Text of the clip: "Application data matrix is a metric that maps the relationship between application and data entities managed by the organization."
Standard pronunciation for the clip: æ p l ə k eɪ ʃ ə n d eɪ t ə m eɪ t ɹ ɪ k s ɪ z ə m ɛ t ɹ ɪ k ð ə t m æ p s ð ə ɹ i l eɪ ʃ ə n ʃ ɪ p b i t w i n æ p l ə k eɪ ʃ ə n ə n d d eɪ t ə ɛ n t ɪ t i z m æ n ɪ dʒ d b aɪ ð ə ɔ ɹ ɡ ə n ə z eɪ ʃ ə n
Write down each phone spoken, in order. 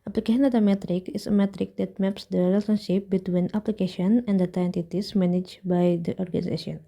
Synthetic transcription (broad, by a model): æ p l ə k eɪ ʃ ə n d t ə m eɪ t ɹ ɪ k ɪ s ə m ɛ t ɹ ɪ k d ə t m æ p s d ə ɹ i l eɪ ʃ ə n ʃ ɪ p b i t w i n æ p l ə k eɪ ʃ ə n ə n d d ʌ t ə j n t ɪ t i s m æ n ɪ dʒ b aɪ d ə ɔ ɹ ɡ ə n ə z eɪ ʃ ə n